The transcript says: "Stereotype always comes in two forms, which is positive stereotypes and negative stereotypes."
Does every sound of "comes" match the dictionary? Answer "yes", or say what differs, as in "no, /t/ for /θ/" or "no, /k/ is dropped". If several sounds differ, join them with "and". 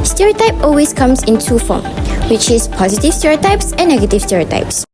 no, /s/ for /z/